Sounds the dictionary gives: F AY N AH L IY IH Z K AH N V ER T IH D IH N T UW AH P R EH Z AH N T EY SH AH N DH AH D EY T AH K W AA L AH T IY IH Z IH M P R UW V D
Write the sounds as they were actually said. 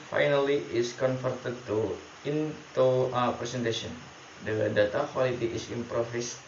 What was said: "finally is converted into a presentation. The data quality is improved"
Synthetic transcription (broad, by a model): F AY N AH L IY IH S K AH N F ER T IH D IH N T UW AH P R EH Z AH N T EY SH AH N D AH D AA T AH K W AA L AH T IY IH S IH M P R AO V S